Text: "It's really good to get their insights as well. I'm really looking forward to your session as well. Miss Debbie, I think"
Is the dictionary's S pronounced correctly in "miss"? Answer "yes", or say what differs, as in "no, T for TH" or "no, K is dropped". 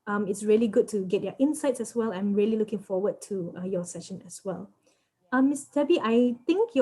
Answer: yes